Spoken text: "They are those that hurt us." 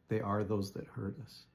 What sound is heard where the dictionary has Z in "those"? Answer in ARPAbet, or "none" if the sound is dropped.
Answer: Z